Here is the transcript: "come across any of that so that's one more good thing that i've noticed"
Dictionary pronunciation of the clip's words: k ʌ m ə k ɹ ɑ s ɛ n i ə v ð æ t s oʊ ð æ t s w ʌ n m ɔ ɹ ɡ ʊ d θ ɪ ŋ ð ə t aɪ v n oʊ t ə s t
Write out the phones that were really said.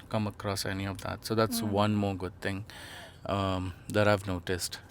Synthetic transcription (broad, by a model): k ʌ m ə k ɹ ɑ s ɛ n i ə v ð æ t s oʊ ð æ t s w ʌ n m ɔ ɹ ɡ ʊ d t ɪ ŋ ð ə t aɪ v n oʊ t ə s t